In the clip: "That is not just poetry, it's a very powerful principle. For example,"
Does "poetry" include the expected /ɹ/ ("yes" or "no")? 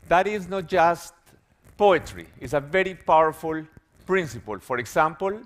yes